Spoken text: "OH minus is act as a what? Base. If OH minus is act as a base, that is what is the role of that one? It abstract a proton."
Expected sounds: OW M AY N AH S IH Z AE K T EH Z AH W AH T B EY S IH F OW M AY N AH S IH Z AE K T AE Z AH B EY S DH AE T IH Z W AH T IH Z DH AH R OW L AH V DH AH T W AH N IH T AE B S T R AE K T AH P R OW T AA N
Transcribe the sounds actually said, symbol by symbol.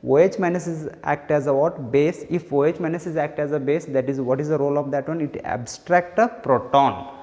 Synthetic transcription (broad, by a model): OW M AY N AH S IH Z AE K T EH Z AH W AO T B EY S IH F OW M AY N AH S IH Z AE K T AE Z AH B EY S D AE T IH Z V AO T IH Z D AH R OW L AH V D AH T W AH N IH T AE B S T R AE K T AH P R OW T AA N